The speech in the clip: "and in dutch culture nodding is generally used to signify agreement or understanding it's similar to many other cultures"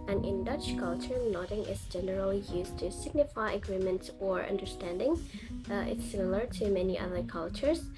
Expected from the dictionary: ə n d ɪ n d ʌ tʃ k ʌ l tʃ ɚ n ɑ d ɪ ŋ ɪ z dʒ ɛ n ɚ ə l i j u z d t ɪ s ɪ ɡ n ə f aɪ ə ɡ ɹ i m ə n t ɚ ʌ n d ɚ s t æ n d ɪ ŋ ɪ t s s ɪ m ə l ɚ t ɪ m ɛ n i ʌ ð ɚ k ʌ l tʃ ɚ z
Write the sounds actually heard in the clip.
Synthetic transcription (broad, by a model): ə n ɪ n d ʌ tʃ k ʌ l tʃ ɚ n ɑ d ɪ ŋ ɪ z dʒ ɛ n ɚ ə l i j u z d t ɪ s ɪ ɡ n ə f aɪ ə ɡ ɹ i m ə n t ɚ ʌ n d ɚ s t æ n d ɪ ŋ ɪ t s s ɪ m ə l ɚ t ɪ m ɛ n i ʌ ð ɚ k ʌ l tʃ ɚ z